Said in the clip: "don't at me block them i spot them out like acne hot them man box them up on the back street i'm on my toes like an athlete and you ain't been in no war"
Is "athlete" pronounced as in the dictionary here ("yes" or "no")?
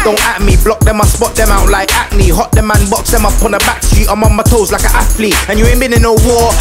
no